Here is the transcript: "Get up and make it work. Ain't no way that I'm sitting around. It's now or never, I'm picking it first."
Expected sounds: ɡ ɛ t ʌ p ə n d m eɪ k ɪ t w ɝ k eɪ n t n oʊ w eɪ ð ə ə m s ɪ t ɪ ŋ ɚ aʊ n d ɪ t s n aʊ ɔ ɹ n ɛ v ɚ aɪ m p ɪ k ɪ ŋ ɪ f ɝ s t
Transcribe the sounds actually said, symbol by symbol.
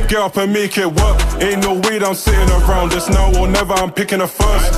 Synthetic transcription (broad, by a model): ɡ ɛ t ʌ p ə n m eɪ k ɪ t w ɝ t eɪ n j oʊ w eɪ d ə ə m s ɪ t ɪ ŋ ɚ aʊ n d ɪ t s n aʊ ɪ l n ɛ v ɚ aɪ m p ɪ k ɪ ŋ ɪ f ɝ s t